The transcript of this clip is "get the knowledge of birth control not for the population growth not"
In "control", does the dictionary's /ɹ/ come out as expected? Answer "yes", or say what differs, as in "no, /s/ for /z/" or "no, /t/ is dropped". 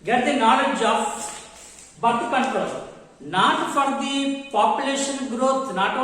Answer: no, /ɹ/ is dropped